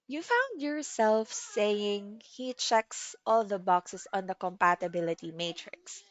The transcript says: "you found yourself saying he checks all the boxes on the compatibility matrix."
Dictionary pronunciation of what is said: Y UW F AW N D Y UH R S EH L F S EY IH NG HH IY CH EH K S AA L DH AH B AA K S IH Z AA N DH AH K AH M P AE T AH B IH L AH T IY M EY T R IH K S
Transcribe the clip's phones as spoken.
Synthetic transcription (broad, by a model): Y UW F AW N D Y UH R S EH L F S EY IH NG HH IY CH EH K S AA L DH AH B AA K S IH S AA N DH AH K AH M P AE T AH B IH L AH T IY M EY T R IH K S